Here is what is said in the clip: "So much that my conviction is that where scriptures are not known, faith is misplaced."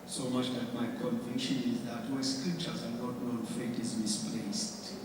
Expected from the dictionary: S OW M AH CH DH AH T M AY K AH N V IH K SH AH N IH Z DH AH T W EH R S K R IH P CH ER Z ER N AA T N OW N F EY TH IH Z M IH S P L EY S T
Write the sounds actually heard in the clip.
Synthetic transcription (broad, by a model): S OW M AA CH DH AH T M AY K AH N V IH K SH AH N IH Z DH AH T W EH S K R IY P CH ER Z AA N AA T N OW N F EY T IH Z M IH S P L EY S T